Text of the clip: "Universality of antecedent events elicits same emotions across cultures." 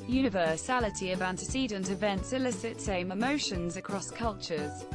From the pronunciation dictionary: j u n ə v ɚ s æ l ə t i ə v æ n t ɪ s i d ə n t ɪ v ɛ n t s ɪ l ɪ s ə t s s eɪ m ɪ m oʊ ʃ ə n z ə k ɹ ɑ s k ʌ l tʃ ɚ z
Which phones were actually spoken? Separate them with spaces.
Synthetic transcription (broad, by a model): j u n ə v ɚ s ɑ l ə t i ə v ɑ n t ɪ s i d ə n t ɪ v ɛ n t s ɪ l ɪ s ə t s s eɪ m ɪ m oʊ ʃ ə n z ə k ɹ ɑ s k ʌ l tʃ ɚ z